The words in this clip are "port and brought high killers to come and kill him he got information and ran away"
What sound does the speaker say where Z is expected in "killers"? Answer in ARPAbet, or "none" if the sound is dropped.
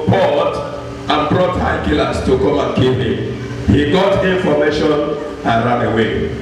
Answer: S